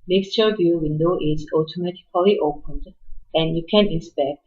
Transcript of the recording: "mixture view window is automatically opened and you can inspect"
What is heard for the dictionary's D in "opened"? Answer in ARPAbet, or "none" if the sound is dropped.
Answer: D